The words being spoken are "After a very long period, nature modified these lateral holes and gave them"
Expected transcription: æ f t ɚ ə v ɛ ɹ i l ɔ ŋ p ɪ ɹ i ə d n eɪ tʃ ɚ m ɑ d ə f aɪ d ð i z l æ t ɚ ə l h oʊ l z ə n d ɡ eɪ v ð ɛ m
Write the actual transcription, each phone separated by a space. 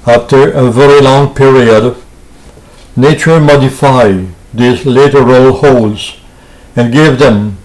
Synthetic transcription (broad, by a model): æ f t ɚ ə v ɛ ɹ i l ɔ ŋ p ɪ ɹ i ə d n eɪ tʃ ɚ m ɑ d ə f aɪ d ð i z l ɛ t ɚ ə l h oʊ l z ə n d ɡ eɪ v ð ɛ m